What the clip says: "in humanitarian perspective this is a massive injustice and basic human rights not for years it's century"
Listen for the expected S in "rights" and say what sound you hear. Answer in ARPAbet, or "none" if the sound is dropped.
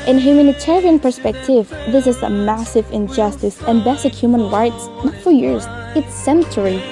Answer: S